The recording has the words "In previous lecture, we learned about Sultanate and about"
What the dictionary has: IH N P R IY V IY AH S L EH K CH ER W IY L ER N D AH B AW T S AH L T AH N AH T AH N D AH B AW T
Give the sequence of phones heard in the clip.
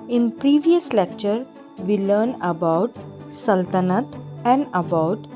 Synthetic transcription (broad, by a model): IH N P R IY V IY AH S L EH K CH ER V IY L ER N AH B AW T S AH L T AH N AH T AH N D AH B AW T